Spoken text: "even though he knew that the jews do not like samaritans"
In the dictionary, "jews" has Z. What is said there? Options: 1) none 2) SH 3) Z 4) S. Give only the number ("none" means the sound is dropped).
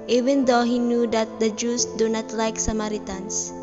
4